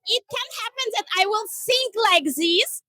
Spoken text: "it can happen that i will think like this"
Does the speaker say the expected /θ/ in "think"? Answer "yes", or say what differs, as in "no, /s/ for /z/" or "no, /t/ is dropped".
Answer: no, /s/ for /θ/